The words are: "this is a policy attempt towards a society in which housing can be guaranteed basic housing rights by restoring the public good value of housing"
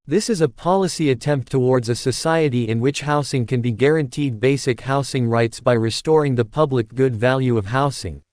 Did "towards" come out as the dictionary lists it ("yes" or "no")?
yes